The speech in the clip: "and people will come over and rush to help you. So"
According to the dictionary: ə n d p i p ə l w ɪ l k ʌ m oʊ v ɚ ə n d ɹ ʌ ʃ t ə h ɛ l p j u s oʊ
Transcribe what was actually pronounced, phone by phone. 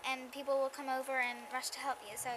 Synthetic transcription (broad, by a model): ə n p i p l w ɪ l k ʌ m oʊ v ɚ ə n ɹ ʌ ʃ t ə h ɛ l p j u s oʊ